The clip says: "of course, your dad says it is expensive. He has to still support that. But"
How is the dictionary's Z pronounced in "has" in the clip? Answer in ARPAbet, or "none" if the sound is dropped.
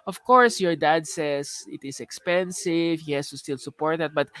S